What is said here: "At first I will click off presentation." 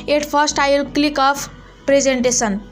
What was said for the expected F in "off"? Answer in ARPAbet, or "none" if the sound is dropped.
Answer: P